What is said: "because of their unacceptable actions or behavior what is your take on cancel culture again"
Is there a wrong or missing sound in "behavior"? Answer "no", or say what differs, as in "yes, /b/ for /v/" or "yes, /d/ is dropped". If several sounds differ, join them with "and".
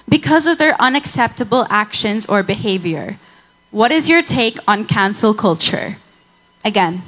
no